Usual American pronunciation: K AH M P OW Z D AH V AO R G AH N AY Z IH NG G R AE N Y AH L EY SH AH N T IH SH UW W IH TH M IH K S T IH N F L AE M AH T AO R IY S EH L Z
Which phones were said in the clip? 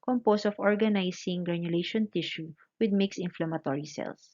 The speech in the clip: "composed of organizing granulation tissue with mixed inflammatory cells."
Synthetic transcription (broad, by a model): K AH M P OW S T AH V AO R G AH N AY S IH NG G R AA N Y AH L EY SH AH N T IH SH UW W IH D M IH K S IH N F L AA M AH T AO R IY S EH L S